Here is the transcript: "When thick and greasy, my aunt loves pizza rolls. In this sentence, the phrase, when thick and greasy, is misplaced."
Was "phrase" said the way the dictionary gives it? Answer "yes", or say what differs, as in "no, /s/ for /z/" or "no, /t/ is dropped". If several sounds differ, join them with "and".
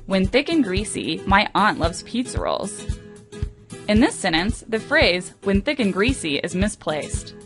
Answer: yes